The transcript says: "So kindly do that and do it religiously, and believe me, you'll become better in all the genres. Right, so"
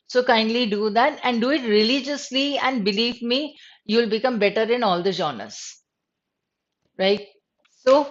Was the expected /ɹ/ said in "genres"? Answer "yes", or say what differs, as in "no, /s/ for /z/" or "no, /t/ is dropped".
no, /ɹ/ is dropped